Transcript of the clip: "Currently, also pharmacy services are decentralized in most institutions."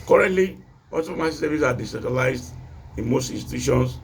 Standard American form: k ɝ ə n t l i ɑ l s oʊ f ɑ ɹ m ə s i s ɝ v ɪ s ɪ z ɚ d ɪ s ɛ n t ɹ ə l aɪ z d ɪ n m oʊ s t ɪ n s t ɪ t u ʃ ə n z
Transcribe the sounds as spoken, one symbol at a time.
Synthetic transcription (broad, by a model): k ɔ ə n t l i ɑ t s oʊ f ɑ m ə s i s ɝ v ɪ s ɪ d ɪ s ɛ t ə l aɪ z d ɪ n m oʊ s t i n s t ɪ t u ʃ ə n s